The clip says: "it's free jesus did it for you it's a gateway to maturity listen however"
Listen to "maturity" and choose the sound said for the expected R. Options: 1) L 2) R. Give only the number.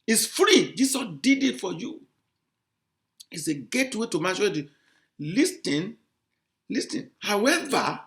1